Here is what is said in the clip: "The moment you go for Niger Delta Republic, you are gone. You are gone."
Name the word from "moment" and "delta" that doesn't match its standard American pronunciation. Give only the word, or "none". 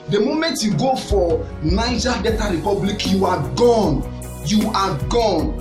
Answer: delta